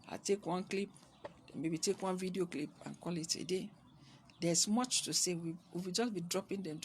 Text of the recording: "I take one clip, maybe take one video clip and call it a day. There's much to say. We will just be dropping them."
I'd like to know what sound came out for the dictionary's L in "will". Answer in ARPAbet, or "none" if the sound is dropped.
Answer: W